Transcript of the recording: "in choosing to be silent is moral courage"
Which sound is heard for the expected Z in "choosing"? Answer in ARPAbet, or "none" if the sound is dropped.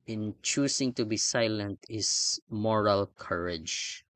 S